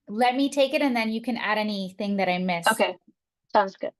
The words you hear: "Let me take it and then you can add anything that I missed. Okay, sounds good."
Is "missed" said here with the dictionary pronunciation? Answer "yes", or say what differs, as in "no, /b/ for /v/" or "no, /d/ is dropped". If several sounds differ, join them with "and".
no, /t/ is dropped